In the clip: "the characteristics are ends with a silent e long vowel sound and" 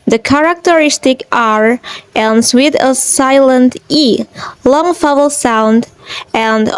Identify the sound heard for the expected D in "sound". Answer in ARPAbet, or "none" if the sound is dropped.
D